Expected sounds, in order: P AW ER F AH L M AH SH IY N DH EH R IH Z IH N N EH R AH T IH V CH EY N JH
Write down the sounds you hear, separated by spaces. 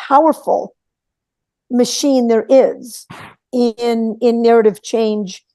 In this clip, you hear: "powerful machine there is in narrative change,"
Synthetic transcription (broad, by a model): AW ER F L M AH SH IY N DH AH R IH Z IH N N EH R AH T IH V CH EY N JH